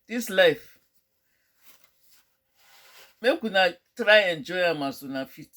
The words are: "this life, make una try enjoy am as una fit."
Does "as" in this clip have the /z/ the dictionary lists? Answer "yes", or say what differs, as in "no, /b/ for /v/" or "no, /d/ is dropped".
no, /s/ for /z/